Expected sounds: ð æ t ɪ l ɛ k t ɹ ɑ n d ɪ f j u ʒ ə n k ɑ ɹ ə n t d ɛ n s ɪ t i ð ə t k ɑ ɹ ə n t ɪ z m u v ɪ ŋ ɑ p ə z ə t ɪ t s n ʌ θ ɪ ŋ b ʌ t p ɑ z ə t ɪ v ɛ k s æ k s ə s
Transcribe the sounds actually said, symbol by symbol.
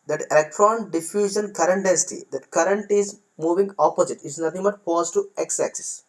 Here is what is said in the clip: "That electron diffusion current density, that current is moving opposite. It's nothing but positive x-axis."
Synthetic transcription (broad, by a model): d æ t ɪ l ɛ k t ɹ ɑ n d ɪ f j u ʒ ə n k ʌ ɹ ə n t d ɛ n s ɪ t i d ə t k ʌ ɹ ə n t ɪ z m u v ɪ ŋ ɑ p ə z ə t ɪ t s n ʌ t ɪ ŋ b ʌ t f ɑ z t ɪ ɛ k s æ k s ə s